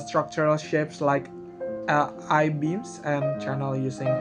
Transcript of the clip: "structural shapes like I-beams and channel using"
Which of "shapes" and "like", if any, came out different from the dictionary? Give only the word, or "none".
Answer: none